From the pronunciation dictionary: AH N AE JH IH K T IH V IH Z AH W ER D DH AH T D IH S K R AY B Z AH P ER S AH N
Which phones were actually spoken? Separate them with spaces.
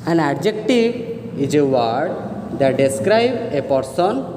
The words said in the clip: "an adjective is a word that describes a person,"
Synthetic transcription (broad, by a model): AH N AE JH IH K T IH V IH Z AH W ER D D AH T D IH S K R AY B AH P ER S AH N